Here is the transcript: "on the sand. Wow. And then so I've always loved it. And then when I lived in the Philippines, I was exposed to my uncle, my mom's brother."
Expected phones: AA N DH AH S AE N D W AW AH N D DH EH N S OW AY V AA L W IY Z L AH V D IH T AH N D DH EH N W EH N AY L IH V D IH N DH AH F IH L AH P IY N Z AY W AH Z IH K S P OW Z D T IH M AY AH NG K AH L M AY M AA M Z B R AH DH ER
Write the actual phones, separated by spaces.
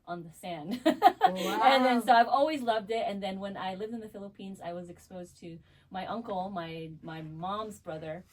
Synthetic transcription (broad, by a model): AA N DH AH S AE N D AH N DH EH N S OW AY V AA L W IY Z L AH V D IH T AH N DH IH N W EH N AY L IH V D IH N DH AH F IH L AH P IY N Z AY W AH Z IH K S P OW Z T IH M AY AH NG K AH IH M AY M AA M Z B R AH DH ER